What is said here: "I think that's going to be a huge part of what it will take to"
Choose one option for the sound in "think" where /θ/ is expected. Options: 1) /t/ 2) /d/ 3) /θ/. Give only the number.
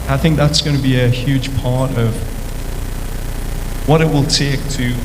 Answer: 3